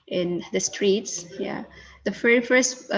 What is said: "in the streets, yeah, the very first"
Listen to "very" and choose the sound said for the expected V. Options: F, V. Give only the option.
F